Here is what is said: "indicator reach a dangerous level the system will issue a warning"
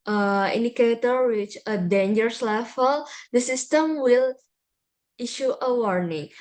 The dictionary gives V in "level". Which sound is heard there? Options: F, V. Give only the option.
F